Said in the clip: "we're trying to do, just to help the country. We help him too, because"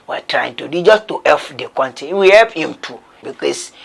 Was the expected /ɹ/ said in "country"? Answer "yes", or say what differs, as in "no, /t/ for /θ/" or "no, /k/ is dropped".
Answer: no, /ɹ/ is dropped